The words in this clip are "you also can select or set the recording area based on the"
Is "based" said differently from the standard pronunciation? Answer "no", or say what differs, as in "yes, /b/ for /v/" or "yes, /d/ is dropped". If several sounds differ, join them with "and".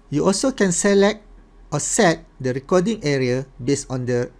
yes, /t/ is dropped